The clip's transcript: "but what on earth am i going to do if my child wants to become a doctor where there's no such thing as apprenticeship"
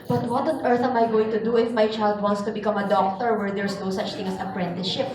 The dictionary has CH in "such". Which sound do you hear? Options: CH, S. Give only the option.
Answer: CH